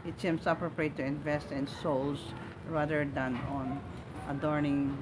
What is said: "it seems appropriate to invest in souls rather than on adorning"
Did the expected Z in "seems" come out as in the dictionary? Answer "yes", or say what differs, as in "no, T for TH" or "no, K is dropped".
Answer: no, S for Z